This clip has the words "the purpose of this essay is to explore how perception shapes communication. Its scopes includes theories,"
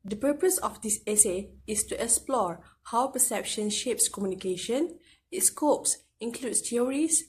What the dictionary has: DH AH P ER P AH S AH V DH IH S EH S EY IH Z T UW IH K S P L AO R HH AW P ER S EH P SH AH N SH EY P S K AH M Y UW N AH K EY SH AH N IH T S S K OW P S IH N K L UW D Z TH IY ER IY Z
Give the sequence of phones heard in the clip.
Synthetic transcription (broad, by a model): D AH P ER P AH S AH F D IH S EH S EY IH S T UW IH K S P L AO R HH AW P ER S EH P SH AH N SH EY P S K AH M Y UW N AH K EY SH AH N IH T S S K OW P S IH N K L UW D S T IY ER IY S